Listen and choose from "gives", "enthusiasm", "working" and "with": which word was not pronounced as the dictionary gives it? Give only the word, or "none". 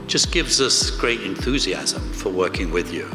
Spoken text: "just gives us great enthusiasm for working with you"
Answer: none